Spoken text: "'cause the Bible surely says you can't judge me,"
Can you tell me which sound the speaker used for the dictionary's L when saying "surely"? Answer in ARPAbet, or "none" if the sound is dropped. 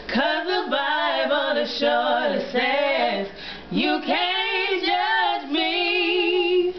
none